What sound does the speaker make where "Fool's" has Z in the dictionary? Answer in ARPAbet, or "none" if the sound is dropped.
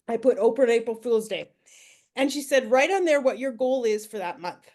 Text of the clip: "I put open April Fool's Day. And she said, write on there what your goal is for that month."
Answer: Z